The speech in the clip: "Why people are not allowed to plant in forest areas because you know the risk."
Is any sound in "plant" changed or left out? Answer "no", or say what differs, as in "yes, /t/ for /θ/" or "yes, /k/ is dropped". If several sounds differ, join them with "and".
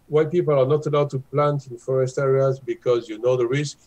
no